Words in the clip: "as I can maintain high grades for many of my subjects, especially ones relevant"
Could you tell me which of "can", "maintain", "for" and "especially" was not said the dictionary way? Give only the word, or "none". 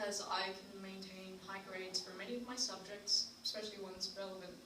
none